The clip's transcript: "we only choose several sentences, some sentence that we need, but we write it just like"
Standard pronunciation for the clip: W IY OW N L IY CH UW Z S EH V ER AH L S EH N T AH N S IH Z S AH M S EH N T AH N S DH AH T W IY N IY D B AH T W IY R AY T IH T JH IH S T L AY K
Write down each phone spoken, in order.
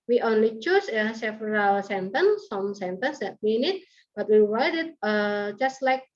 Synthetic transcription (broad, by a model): W IY OW N L IY CH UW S S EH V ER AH L S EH N T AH N S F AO M S EH N T AH N S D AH T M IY N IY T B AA T W IY W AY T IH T JH IH S T L AY K